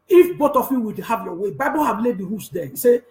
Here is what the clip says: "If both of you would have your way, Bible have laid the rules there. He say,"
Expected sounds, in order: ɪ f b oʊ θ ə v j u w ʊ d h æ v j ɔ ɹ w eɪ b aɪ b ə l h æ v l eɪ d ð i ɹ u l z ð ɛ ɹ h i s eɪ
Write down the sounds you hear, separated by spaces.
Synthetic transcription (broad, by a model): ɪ f b oʊ t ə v j u w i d h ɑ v j ɔ w eɪ b aɪ b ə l h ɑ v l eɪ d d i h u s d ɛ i s eɪ